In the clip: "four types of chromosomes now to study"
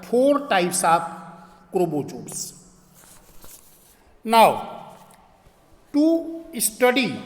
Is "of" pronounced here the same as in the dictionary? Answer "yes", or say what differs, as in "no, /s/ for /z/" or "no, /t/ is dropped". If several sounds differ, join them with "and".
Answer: no, /p/ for /v/